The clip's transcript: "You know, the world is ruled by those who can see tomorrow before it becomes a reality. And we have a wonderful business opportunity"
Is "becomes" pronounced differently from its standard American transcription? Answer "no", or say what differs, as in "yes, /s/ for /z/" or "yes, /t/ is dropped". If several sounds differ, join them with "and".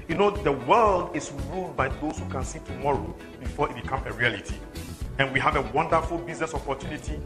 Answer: yes, /z/ is dropped